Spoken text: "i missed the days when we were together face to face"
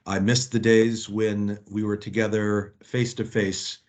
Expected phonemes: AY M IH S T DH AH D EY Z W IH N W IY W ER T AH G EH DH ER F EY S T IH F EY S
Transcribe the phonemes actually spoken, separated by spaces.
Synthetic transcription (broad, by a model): AY M IH S DH AH D EY Z W IH N W IY W ER T AH G EH DH ER F EY S T IH F EY S